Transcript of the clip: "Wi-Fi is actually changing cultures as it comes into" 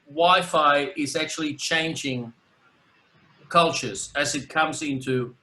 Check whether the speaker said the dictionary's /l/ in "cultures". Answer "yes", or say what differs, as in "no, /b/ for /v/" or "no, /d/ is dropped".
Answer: yes